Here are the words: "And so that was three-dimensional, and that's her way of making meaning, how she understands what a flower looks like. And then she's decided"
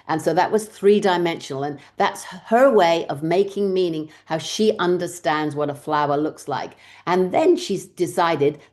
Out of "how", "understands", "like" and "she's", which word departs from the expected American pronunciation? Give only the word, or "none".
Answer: none